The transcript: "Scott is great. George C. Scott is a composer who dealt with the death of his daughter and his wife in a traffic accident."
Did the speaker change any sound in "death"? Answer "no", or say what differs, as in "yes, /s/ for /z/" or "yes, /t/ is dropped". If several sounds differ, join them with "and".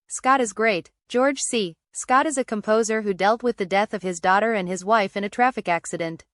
no